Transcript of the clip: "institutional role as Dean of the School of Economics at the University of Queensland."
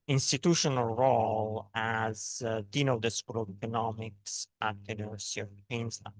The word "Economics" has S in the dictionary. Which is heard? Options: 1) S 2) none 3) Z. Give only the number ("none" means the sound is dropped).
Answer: 1